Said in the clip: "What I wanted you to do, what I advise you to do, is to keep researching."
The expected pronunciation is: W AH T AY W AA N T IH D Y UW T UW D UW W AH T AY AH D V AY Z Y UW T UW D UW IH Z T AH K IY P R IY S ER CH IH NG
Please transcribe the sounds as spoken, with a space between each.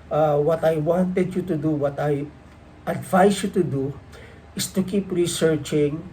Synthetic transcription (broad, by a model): W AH T AY W AA N T IH D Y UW T UW D UW W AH T AY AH D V AY S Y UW T UW D UW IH S T AH K IY P R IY S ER CH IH NG